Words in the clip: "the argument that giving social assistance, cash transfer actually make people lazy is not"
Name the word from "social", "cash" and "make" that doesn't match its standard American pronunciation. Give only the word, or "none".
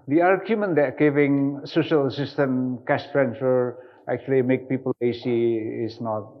cash